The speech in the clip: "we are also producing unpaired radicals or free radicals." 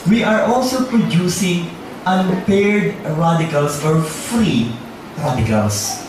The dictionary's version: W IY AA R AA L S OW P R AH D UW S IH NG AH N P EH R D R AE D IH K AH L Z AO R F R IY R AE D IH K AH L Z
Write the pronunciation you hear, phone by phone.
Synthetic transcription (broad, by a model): W IY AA R AA L S OW P R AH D UW S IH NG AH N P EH R D R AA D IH K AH L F AO R F R IY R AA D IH K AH L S